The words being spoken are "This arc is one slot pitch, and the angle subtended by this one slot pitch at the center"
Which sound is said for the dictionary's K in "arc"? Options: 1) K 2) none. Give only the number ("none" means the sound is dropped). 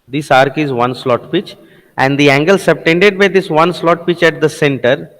1